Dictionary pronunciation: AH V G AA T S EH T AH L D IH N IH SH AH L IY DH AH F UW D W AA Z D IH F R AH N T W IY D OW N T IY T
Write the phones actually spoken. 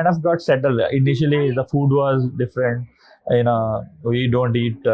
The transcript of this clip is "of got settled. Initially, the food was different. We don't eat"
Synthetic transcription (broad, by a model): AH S G AA T S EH T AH L IH N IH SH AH L IY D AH F UW D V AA Z D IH F R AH N T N IY D OW N T IY T